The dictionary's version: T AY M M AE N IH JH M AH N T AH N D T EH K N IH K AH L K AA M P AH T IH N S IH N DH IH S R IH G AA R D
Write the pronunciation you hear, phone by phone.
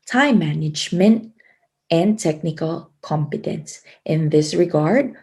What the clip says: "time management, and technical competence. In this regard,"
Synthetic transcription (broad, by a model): T AY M M AE N IH JH M AH N T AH N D T EH K N IH K AH L K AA M P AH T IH N S IH N DH IH S R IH G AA R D